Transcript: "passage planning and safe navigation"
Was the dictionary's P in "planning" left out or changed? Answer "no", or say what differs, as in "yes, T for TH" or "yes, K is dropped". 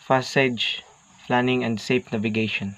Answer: yes, F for P